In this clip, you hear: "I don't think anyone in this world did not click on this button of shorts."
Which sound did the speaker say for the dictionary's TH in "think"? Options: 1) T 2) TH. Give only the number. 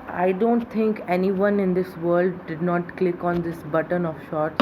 1